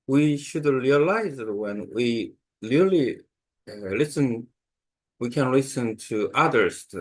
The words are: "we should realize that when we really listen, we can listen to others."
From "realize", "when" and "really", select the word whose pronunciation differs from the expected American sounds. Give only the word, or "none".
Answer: really